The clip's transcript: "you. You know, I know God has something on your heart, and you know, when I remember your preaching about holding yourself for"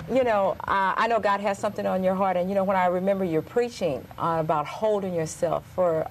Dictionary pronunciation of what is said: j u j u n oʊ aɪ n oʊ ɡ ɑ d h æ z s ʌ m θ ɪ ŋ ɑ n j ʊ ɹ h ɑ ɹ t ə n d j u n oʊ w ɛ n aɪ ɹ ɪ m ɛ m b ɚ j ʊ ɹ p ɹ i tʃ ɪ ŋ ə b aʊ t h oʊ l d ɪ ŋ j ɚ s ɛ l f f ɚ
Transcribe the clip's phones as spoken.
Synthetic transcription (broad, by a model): j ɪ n oʊ aɪ n oʊ ɡ ɑ d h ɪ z s ʌ m θ ɪ ŋ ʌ n j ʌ ɹ h ɑ ɹ t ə n j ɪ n oʊ w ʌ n aɪ ɹ ɪ m ɛ m b ɚ j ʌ ɹ p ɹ i tʃ ɪ ŋ ə b aʊ t h oʊ l d ɪ ŋ j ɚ s ɛ l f f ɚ